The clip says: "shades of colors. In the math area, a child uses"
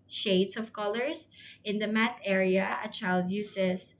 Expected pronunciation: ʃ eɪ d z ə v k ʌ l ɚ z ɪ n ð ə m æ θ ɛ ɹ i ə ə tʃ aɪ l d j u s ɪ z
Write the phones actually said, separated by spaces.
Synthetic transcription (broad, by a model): ʃ eɪ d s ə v k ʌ l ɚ s ɪ n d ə m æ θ ɛ ɹ i ə ə tʃ aɪ l d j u s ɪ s